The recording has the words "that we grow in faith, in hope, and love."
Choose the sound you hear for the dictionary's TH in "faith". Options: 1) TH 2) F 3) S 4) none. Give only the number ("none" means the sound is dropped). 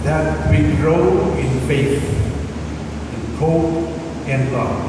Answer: 3